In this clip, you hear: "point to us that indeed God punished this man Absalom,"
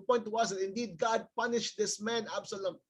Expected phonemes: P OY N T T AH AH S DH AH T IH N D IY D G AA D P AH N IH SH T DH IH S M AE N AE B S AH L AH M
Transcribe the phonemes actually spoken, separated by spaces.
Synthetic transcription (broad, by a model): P OY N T T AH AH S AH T IH N D IY D G AA D P AH N IH SH T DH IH S M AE N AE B S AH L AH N